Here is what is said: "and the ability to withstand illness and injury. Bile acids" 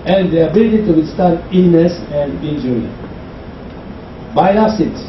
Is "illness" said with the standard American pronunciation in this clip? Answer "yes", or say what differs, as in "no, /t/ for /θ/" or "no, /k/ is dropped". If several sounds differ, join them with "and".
no, /l/ is dropped